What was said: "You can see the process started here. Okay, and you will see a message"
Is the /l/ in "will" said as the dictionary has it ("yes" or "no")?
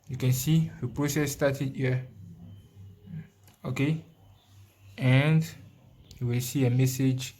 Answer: yes